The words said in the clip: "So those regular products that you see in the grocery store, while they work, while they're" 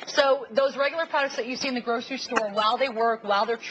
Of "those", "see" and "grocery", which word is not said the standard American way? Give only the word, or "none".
none